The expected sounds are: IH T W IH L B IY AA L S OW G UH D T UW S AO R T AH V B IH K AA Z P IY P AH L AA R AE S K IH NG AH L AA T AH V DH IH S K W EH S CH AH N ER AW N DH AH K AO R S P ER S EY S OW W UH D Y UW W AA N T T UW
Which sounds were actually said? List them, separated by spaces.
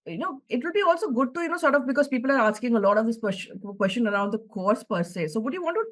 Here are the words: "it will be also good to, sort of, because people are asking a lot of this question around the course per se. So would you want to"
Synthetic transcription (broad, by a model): IH T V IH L B IY AA L S OW G UH D T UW S AO R T AH V B IH K AA Z P IY P AH L AA R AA S K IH NG AH L AA T AH V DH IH S K W EH S CH AH N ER AW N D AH K AO R S P ER S EY S OW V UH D Y UW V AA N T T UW